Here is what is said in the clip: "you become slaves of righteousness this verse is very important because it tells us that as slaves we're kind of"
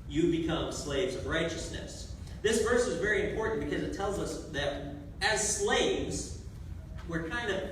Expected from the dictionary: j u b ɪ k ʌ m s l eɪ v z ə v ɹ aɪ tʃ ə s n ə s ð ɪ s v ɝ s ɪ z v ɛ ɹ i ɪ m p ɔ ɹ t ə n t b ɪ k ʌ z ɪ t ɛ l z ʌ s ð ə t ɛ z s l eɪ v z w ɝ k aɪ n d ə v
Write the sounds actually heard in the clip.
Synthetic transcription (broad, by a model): j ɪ b ɪ k ʌ m s l eɪ v z ə v ɹ aɪ tʃ ə s n ə s ð ɪ s v ɝ s ɪ z v ɛ ɹ i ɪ m p ɔ ɹ t n b ɪ k ʌ z ɪ t ɛ l z ʌ s ð ə t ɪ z s l eɪ v z w ɝ k aɪ n d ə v